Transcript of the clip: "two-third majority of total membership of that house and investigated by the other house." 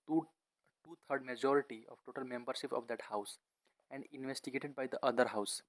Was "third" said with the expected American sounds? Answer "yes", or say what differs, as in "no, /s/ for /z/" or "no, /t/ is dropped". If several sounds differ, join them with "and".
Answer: no, /t/ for /θ/